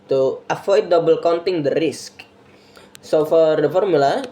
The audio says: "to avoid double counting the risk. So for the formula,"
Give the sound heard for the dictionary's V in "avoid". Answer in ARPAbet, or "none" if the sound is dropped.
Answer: F